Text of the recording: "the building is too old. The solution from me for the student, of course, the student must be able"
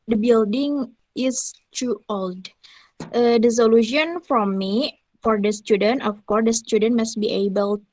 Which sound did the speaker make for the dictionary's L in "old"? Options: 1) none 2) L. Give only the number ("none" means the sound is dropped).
2